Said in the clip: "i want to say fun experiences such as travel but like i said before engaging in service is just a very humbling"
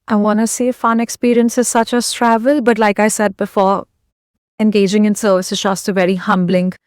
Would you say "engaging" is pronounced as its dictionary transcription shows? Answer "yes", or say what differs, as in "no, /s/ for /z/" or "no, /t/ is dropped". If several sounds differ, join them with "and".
yes